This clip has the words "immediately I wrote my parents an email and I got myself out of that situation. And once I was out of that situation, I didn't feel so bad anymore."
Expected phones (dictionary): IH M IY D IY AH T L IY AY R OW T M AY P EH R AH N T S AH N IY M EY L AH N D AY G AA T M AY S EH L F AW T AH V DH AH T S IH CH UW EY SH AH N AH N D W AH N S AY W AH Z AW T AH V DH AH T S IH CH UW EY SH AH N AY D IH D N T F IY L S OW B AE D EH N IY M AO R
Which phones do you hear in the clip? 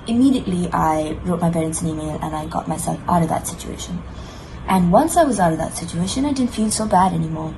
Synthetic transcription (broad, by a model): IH M IY D IY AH T L IY AY R OW T M AY P EH R AH N T S AH N IY M EY L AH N AY G AA T M AY S EH L F AW T AH V DH AH T S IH CH UW EY SH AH N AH N W AH N S AY W AH Z AW T AH V DH AH T S IH CH UW EY SH AH N AY D IH D N T F IY L S OW B AE D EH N IY M AO R